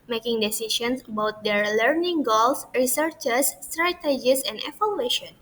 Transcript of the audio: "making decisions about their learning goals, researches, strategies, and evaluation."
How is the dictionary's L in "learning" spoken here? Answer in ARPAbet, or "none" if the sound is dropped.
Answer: L